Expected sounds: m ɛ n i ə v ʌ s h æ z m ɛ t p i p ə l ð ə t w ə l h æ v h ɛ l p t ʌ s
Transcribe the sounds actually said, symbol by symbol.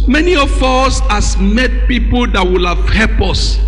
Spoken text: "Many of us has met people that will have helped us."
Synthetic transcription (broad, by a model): m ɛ n i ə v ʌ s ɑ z m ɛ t p i p ə l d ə t w ə l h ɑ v h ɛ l p ʌ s